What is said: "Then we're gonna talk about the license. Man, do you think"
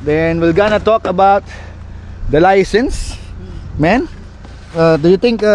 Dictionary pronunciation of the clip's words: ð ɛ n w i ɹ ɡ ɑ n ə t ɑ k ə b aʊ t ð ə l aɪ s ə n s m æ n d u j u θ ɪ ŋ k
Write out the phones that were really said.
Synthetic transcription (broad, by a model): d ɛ n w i l ɡ ɑ n ə t ɑ k ə b aʊ t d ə l aɪ s ə n s m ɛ n d u j u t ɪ ŋ k